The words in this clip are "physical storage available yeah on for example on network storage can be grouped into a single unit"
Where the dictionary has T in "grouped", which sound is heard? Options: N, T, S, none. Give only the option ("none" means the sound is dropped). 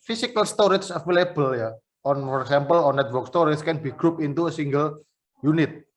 none